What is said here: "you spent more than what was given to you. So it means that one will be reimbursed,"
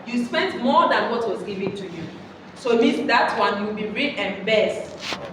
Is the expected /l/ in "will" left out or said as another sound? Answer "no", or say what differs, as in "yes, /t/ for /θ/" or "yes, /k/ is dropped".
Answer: yes, /w/ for /l/